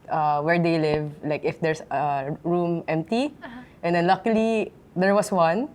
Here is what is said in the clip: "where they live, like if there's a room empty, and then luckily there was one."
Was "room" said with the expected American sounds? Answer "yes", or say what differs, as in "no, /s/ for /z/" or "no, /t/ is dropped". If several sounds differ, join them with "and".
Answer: yes